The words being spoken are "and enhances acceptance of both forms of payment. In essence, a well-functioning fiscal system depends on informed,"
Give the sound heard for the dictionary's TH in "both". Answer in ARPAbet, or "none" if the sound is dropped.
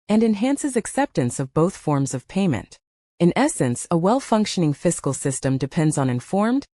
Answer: TH